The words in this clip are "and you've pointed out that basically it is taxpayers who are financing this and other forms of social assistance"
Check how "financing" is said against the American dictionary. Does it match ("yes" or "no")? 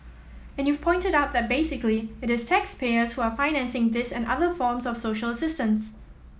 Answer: yes